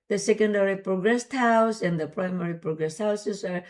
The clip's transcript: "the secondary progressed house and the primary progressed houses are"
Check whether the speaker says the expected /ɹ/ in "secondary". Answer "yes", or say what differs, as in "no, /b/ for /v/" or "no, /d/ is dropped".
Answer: yes